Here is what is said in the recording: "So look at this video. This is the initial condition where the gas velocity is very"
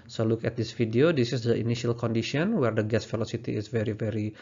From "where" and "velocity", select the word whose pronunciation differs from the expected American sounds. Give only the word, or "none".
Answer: velocity